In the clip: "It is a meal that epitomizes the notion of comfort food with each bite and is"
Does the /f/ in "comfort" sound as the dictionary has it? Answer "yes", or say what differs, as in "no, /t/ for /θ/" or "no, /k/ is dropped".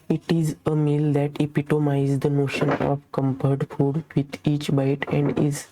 no, /p/ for /f/